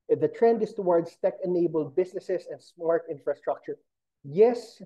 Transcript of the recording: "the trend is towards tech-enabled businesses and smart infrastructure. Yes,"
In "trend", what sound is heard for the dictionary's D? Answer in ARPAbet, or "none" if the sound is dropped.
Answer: D